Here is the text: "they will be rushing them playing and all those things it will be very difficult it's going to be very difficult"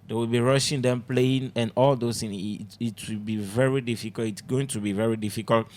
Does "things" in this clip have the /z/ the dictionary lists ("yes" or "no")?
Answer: no